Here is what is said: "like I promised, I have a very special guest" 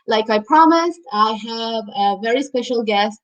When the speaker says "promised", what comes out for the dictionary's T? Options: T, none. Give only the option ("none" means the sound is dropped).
T